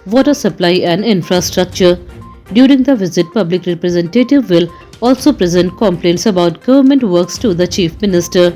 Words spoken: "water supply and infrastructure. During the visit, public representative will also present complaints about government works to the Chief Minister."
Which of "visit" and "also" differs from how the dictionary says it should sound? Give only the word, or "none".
none